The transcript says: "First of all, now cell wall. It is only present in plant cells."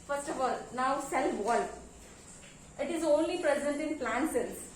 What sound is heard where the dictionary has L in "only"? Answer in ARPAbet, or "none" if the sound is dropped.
L